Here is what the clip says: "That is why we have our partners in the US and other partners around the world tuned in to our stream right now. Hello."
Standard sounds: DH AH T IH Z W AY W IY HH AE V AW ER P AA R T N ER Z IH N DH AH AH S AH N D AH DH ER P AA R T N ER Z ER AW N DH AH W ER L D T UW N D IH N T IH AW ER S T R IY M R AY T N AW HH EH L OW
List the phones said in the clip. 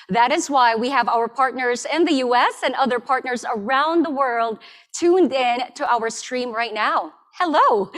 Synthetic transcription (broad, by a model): DH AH T IH Z W AY W IY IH V AW ER P AA R T N ER Z IH N DH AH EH S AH N AH DH ER P AA R T N ER Z ER AW N DH AH W ER L D T UW N D IH N T IH AW ER S T R IY M R AY T N AW HH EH L OW